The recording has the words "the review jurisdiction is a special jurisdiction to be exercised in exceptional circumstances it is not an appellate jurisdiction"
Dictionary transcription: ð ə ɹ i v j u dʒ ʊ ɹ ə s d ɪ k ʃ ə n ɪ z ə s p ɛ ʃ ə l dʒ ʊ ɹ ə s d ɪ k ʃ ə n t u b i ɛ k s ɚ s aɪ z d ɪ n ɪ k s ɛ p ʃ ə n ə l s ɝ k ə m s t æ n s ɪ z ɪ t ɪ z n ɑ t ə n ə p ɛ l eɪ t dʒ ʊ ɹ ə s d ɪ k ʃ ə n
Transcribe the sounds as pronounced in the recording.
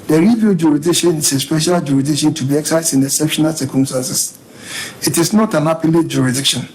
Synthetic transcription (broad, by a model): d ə ɹ i v j u dʒ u ɹ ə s d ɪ k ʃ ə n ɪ s ə s p ɛ ʃ ə l dʒ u ɹ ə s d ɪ k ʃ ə n t u b i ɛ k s s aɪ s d ɪ n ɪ s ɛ p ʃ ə n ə l s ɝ k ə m s t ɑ n s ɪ s ɪ t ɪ s n ɑ t ə n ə p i l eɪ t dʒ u ɹ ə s d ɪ k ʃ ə n